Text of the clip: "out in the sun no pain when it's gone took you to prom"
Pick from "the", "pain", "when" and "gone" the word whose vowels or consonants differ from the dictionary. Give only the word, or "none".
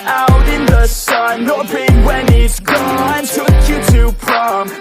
pain